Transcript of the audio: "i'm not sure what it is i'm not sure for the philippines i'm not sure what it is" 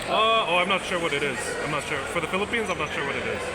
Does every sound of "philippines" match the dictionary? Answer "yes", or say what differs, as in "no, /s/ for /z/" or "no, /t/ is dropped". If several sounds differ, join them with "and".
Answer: yes